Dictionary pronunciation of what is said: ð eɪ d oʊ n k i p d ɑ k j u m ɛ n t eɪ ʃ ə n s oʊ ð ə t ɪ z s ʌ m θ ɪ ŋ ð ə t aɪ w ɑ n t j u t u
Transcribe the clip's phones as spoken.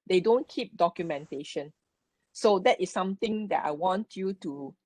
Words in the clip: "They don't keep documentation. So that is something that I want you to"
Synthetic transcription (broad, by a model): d eɪ d oʊ n k i p d ɑ k j u m ɛ n t eɪ ʃ ə n s oʊ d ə t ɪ s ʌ m t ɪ ŋ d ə t aɪ w ɑ n t j u t u